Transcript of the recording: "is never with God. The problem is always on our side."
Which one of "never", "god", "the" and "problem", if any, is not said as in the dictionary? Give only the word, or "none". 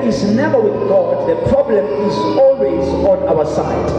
none